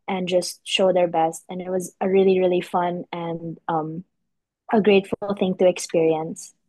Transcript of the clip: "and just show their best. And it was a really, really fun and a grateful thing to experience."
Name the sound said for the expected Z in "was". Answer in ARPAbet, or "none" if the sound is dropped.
Z